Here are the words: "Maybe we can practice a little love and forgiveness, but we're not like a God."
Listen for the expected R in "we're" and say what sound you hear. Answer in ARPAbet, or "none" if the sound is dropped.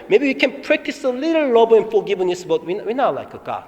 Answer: W